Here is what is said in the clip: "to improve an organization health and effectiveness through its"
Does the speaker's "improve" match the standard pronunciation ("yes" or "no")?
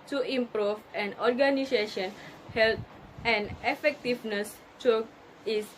yes